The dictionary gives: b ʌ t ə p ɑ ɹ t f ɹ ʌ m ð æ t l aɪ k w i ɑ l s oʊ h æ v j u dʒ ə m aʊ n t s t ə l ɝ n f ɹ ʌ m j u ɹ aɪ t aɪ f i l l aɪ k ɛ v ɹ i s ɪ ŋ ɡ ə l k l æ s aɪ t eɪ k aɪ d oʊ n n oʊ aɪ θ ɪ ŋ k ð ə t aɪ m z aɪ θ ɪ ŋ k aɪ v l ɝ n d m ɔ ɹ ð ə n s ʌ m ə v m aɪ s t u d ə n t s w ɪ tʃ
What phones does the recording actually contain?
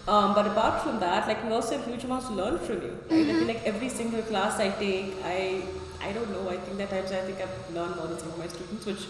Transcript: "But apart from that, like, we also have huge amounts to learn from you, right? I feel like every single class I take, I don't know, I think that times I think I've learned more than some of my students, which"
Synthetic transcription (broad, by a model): b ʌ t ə b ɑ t f ɹ ʌ m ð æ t l aɪ k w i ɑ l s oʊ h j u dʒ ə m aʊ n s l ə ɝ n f ɹ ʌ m j u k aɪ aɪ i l l aɪ k ɛ v ɹ i s ɪ ŋ ɡ ə l k l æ s aɪ t eɪ k aɪ d oʊ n n oʊ aɪ t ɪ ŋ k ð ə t aɪ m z aɪ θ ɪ ŋ k aɪ v l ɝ n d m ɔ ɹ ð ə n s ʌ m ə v m aɪ s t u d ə n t s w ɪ tʃ